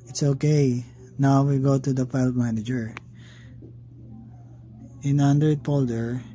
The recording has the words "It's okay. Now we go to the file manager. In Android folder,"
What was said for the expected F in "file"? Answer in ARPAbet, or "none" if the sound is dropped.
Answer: P